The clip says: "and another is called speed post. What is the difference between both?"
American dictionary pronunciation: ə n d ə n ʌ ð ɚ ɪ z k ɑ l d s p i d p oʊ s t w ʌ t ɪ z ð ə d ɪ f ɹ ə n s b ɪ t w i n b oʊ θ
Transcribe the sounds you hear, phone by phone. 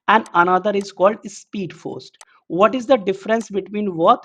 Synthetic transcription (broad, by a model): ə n d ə n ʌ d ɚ ɪ z k ɑ l d s p i d f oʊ s t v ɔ t ɪ z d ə d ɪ f ɹ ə n s b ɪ t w i n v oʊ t